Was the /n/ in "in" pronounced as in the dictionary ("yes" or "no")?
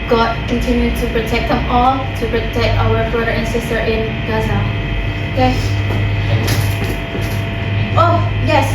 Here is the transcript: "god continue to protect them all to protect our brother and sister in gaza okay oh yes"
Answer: yes